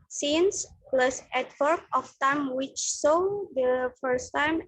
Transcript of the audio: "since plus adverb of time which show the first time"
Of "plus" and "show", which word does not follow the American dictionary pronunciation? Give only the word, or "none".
show